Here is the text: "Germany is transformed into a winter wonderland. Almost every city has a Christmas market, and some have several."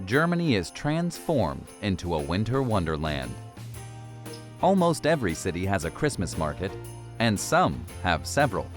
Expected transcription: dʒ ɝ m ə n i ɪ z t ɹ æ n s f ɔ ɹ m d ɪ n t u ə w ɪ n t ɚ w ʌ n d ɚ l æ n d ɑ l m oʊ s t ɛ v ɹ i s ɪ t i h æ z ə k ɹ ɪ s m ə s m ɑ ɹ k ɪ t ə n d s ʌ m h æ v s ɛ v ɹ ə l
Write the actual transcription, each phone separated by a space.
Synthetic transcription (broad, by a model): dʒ ɝ m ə n i ɪ z t ɹ æ n s f ɔ ɹ m d ɪ n t u ə w ɪ n t ɚ w ʌ n d ɚ l æ n d ɑ l m oʊ s t ɛ v ɹ i s ɪ t i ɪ z ə k ɹ ɪ s m ə s m ɑ ɹ k ɪ t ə n s ʌ m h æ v s ɛ v ɹ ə l